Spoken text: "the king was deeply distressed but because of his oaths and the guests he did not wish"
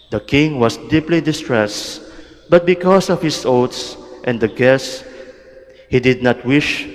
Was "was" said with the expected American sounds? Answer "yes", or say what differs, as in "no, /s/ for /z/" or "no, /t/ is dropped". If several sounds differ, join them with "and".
no, /s/ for /z/